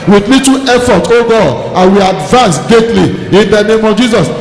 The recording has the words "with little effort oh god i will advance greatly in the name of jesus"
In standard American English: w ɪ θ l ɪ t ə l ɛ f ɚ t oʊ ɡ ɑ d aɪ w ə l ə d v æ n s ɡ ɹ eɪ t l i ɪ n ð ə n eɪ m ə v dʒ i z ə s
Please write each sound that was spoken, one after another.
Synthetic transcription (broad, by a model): w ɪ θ l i t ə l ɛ f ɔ t oʊ ɡ ɑ d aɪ w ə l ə d v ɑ n s ɡ eɪ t l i ɪ n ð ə n eɪ m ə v dʒ i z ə s